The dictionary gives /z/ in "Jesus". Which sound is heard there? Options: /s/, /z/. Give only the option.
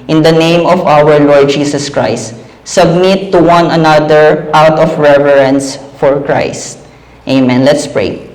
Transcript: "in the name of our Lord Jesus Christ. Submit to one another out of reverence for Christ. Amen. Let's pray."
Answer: /s/